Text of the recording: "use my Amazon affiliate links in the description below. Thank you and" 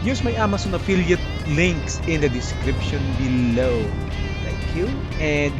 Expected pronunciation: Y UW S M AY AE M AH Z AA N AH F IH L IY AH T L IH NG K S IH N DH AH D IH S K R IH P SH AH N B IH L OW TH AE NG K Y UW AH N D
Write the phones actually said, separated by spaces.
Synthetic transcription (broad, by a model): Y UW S M AY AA M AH S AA N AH F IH L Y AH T L IH NG K S IH N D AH D IH S K R IH P SH AH N B IH L OW T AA K Y UW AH N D